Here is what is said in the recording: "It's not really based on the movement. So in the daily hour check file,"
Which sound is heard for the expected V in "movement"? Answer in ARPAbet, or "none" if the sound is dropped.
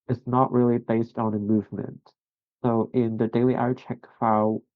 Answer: V